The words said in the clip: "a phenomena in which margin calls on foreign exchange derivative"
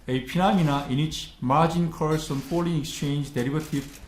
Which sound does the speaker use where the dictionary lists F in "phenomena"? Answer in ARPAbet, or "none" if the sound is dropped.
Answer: P